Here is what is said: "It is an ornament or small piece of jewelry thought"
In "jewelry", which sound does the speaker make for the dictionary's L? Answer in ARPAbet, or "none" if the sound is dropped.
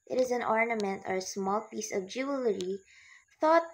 L